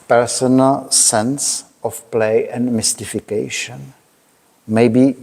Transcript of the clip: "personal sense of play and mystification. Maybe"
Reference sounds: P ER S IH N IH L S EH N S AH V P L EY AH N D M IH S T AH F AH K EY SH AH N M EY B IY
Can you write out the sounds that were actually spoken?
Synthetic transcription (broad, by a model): P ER S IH N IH L S EH N S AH F P L EY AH N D M IH S T AH F AH K EY SH AH N M EY B IY